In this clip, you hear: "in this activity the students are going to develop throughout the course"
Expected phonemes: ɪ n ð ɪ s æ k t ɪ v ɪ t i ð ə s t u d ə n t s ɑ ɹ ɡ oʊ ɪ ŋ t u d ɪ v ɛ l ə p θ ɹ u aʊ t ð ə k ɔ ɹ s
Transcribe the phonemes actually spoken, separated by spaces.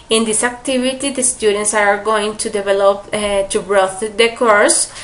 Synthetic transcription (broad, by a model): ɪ n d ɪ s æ k t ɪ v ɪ t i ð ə s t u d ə n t s ɑ ɹ ɡ oʊ ɪ ŋ t u d ɪ v ɛ l ə p t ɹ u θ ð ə k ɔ ɹ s